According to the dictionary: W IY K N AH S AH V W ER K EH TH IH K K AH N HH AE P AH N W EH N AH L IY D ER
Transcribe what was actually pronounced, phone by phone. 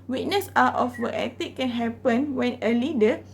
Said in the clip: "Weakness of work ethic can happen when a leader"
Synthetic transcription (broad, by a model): W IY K N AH S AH F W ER EH T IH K K AH N HH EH P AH N W EH N AH L IY D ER